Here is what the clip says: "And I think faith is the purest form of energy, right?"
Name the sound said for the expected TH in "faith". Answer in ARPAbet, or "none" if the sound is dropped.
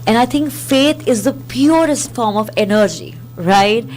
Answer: T